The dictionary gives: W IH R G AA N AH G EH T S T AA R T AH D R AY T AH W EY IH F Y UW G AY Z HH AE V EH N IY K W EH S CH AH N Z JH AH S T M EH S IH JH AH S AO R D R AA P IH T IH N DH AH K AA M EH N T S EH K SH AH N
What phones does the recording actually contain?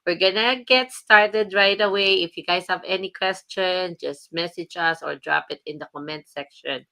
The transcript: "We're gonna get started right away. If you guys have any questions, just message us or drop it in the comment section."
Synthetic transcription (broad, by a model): W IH R G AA N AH G EH T S T AA R T AH D R AY T AH W EY IH F Y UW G AY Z HH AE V EH N IY K W EH S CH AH N JH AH S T M EH S IH JH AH S AO R D R AA P IH T IH N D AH K AA M EH N T S EH K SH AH N